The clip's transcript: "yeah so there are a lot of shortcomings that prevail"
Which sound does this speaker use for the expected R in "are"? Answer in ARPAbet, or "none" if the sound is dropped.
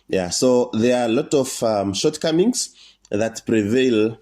L